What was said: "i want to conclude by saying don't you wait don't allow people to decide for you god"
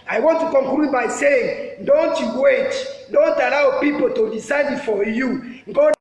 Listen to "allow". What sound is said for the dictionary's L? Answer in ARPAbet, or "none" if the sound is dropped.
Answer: L